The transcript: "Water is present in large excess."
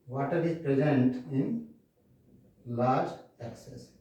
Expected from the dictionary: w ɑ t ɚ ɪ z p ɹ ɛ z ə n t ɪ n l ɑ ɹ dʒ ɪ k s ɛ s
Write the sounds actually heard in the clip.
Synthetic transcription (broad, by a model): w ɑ t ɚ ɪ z p ɹ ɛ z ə n t ɪ n l ɑ ɹ dʒ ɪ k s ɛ s